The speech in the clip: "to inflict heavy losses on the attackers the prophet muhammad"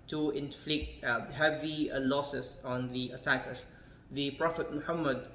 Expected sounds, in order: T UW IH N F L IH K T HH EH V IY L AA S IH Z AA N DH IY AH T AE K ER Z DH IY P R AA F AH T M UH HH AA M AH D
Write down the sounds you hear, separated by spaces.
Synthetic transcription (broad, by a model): T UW IH N F L IH K T HH EH V IY L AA S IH S AA N DH IY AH T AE K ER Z DH IY P R AA F AH T M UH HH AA M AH D